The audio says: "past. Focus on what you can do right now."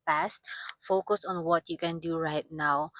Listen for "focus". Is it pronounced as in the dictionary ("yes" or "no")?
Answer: yes